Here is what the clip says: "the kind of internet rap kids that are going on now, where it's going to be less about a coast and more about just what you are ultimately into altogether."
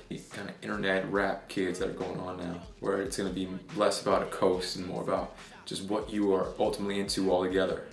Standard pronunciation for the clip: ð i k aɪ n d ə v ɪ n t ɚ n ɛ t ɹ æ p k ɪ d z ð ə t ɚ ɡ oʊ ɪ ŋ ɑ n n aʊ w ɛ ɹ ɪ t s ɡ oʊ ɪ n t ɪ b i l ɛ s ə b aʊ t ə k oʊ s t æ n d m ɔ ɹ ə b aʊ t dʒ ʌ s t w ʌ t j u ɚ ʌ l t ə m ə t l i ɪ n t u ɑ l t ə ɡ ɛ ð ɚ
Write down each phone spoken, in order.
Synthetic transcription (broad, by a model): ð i k aɪ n ə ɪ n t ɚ n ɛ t ɹ æ p k ɪ d z ð ə t ɚ ɡ oʊ ɪ ŋ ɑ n n aʊ w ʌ ɹ ɪ t s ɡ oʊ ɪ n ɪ b i l ɛ s ə b aʊ t ə k oʊ s t n m ɔ ɹ ə b aʊ t dʒ ʌ s t w ʌ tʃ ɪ ɚ ʌ l t ə m ə t l i ɪ n t u ɑ l t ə ɡ ɛ ð ɚ